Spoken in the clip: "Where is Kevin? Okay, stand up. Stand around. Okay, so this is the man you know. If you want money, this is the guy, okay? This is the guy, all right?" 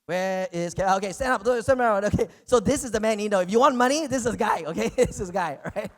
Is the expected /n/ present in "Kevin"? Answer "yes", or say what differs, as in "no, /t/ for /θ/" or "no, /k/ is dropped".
no, /n/ is dropped